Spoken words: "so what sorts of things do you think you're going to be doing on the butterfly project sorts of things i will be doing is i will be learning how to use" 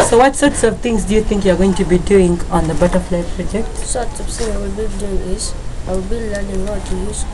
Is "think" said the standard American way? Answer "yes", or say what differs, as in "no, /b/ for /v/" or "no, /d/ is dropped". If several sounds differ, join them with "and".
no, /t/ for /θ/